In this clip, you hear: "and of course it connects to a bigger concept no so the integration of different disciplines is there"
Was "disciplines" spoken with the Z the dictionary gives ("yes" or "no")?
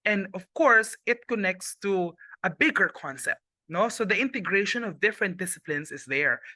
no